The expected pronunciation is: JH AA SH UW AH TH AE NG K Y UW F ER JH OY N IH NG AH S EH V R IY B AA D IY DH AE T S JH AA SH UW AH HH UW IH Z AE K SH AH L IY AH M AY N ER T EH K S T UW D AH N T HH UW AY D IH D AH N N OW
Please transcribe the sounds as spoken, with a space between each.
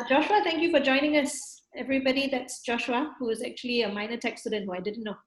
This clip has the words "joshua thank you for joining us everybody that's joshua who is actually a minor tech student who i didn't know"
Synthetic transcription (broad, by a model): JH AA SH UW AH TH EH NG K Y UW F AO JH OY N IH NG AH S EH V R IY B AA D IY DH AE T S JH AA SH UW AH HH UW IH Z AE K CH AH L IY AH M AY N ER T EH K S T UW D AH N T HH UW AY D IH D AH N N OW